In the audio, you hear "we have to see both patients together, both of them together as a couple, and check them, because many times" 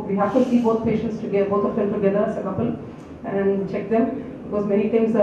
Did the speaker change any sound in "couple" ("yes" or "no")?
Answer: no